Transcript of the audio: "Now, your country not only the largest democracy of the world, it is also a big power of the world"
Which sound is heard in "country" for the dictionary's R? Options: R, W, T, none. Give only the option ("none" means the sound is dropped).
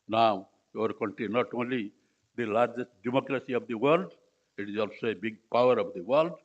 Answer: none